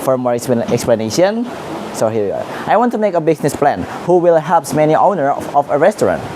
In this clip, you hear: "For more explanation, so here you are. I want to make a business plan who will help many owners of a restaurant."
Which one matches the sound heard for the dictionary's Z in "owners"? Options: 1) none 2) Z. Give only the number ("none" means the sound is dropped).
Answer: 1